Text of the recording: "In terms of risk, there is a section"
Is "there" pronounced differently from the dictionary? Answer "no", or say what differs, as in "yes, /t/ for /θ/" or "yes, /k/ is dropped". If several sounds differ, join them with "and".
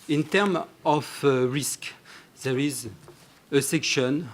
no